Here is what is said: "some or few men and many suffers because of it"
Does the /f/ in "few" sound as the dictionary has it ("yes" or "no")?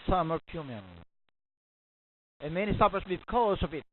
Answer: no